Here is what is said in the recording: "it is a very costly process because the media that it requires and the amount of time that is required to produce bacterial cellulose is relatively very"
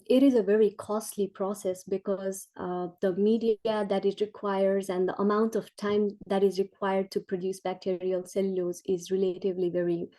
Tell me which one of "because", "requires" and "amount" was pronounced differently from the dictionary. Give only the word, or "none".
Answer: none